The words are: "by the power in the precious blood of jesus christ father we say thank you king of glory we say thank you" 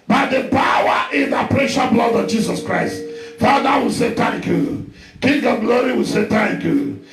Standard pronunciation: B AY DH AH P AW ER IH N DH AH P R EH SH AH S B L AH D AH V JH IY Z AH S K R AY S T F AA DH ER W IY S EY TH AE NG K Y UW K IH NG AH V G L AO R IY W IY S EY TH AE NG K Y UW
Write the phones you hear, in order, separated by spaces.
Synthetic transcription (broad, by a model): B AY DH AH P AW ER IH N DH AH P R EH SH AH B L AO D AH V JH IY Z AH S K R AY S T F AA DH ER W IY S EY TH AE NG K Y UW K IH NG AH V G L AO R IY W IY S EY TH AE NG K Y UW